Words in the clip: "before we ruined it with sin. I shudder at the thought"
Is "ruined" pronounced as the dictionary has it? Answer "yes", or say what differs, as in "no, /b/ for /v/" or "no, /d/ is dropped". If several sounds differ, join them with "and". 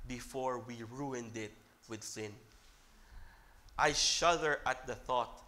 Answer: yes